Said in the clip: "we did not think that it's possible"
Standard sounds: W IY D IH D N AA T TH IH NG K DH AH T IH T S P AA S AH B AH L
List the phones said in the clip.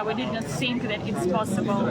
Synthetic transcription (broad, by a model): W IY D IH D N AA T S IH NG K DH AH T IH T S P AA S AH B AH L